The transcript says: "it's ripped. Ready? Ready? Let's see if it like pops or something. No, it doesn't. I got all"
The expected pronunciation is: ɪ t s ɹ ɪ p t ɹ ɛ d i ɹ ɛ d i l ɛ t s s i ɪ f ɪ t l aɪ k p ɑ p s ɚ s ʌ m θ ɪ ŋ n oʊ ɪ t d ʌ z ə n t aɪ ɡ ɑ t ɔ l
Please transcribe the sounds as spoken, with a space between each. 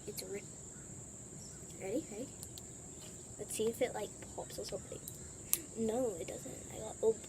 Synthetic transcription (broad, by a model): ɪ t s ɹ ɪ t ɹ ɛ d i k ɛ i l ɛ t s s i ɪ f ɪ t l aɪ k p ɑ p s ɚ s ʌ m θ ɪ ŋ n oʊ ɪ t d ʌ z ə n t aɪ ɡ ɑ ɔ